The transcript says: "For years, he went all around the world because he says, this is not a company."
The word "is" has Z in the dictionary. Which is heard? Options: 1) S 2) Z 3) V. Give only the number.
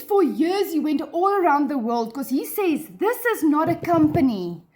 2